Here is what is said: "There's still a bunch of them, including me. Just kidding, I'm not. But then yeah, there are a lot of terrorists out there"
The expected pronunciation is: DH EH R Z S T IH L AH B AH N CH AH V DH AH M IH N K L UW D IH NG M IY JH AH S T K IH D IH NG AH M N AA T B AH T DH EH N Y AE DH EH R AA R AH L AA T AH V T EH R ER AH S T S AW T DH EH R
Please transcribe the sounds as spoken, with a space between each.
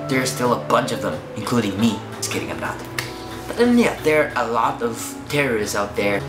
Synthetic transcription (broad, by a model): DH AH R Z S T IH L AH B AH N CH AH V DH AH M IH N K L UW D IH NG M IY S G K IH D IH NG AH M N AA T B AH T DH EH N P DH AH R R AH L AA T AH V T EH R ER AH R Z AW T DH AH R